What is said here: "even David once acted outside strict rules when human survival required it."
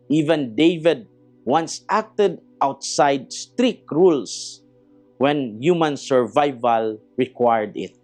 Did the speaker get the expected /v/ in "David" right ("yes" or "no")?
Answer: yes